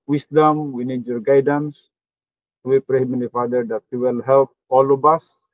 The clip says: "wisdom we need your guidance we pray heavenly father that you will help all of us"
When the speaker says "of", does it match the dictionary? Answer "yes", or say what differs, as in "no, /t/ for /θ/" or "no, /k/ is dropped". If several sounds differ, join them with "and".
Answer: no, /b/ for /v/